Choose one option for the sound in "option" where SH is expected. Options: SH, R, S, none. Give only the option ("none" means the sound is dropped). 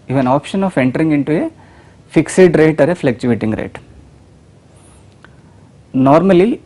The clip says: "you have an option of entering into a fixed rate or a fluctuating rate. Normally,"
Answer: SH